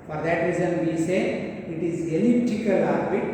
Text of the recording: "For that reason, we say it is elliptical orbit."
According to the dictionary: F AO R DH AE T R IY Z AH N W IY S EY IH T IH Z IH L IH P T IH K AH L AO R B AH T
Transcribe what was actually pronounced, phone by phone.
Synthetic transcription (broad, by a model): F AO R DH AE T R IY Z AH N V IY S EY IH T IH Z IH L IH T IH K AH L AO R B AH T